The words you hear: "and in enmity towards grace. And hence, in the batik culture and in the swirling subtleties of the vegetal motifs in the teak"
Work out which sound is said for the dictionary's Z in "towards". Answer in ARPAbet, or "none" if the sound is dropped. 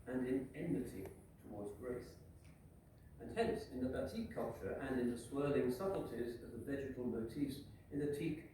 Z